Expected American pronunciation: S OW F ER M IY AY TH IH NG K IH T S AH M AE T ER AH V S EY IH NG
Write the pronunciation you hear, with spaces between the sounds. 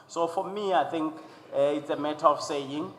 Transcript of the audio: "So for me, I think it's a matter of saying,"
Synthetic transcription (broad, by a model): S OW F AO M IY AY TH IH NG K IH T S AH M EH T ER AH F S EY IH NG